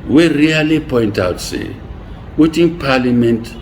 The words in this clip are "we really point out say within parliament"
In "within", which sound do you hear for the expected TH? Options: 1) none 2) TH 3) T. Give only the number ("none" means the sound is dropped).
3